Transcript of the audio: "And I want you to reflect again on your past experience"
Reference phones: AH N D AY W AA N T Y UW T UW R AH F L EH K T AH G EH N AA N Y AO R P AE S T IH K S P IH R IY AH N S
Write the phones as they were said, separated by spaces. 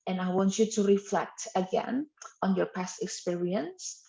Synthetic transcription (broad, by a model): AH N AY W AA N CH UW T UW R AH F L EH K T AH G EH N AA N Y AO R P AE S T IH K S P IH R IY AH N S